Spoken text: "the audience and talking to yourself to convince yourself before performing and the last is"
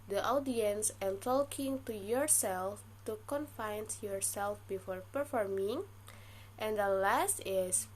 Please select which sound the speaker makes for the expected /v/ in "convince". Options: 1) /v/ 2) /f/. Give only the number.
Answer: 2